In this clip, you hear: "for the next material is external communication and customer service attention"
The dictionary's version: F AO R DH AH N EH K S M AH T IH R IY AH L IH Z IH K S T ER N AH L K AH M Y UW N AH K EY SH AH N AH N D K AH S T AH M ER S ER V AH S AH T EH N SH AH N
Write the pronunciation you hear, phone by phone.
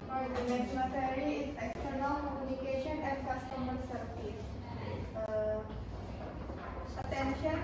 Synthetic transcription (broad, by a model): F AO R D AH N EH S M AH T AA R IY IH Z IH K S T ER N AH L K AH M Y UW N AH K EY SH AH N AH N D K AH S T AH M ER S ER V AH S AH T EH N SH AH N